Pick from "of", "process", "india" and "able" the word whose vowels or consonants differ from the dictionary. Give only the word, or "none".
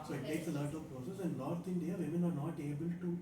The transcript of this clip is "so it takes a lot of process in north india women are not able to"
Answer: of